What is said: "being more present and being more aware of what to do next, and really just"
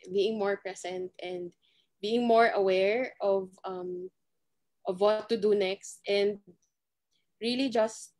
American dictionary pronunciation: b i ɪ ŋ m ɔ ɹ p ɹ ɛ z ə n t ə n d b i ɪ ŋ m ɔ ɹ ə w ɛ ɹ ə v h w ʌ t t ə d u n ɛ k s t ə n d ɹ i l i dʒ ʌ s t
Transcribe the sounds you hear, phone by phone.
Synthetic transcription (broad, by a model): b i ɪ ŋ m ɔ ɹ p ɹ ɛ s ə n t ə n d b i ɪ ŋ m ɔ ɹ ə w ɛ ɹ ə v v w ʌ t t ə d u n ɛ k s t ə n d ɹ i l i dʒ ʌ s t